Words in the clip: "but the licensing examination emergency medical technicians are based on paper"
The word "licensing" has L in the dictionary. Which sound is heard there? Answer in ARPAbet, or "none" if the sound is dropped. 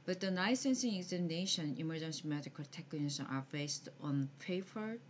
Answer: N